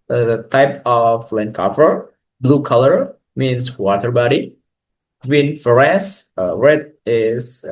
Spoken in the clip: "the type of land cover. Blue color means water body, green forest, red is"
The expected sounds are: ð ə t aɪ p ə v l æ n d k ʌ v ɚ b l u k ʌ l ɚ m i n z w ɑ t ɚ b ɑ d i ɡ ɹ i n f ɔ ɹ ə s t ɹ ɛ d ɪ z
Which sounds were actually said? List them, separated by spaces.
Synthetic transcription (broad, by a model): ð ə t aɪ p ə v l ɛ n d k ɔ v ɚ b l u k ʌ l ɚ m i n s w ɑ t ɚ b ɑ d i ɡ w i n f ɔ ɹ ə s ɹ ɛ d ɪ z